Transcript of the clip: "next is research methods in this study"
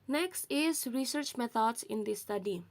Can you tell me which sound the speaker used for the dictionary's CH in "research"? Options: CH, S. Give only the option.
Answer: CH